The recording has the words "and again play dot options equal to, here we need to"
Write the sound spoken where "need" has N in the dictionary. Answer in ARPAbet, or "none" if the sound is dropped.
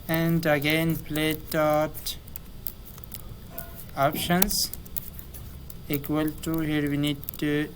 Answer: N